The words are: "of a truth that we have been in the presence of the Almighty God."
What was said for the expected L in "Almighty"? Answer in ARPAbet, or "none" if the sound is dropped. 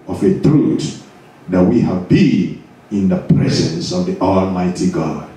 L